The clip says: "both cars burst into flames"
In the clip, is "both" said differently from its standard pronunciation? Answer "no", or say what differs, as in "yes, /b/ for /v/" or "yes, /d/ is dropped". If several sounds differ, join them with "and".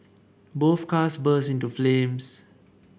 yes, /f/ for /θ/